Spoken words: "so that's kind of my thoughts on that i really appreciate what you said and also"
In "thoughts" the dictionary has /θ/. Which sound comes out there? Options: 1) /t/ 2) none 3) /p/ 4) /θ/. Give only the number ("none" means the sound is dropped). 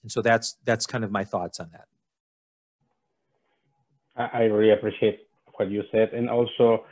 4